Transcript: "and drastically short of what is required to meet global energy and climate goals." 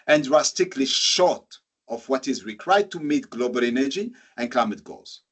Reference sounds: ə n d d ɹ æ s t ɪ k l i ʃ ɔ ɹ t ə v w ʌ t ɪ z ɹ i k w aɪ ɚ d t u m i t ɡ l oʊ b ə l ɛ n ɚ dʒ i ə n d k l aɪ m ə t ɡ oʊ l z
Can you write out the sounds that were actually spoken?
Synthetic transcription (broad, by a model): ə n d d ɹ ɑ s t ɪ k l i ʃ ɔ ɹ t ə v w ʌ t ɪ z ɹ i k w aɪ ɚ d t u m i t ɡ l oʊ b ə l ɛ n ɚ dʒ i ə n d k l aɪ m ə t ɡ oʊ l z